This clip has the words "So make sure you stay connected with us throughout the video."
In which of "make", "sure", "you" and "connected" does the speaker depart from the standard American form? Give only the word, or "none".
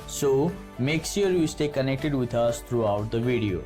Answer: sure